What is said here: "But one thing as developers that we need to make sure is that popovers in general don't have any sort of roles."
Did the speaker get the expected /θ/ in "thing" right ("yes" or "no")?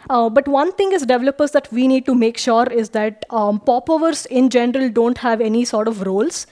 no